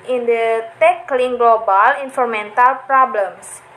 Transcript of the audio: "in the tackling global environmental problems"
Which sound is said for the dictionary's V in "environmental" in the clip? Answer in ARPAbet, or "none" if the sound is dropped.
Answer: F